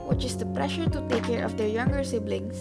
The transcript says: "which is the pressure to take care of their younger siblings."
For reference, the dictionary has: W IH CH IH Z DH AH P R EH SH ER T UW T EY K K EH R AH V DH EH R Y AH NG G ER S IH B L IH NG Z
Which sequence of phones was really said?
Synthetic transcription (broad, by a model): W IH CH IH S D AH P R EH SH ER T UW T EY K K EH R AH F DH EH R Y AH NG G ER S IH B L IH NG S